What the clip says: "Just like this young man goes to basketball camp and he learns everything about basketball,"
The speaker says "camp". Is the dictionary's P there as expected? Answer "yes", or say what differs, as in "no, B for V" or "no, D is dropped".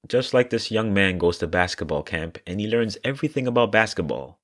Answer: yes